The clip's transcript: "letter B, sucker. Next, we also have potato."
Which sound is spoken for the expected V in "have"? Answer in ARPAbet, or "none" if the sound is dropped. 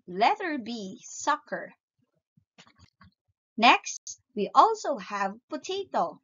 V